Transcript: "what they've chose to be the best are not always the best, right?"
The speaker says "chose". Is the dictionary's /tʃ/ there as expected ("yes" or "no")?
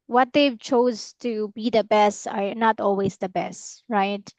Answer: yes